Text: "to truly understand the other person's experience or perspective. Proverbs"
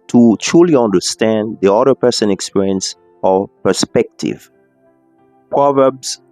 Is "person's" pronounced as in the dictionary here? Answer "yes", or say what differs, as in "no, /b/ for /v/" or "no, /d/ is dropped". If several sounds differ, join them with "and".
no, /z/ is dropped